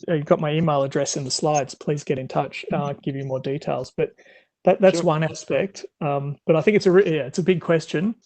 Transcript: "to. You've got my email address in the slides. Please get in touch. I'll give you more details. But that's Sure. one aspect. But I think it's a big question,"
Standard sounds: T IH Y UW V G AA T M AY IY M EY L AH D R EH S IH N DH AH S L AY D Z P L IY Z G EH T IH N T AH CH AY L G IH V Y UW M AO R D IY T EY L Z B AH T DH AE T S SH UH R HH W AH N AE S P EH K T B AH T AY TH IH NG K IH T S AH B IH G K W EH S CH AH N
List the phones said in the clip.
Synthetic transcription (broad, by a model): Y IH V G AA T M AY IY M EY L AH D R EH S IH N DH AH S L AY D Z P L IY Z G EH T IH N T AH CH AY G IH V Y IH M AO R D IY T EY L Z B AH T DH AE T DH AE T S W AH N AE S P EH K T B AH T AY TH IH NG K IH T S AH B IH G K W EH S CH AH N